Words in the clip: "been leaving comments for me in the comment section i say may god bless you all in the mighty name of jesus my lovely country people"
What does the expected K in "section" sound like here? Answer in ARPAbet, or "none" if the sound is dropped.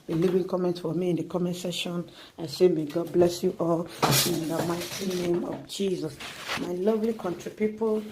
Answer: none